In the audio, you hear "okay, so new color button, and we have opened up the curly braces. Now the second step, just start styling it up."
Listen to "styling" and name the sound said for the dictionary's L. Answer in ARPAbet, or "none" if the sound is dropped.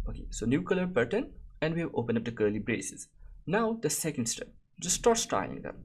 none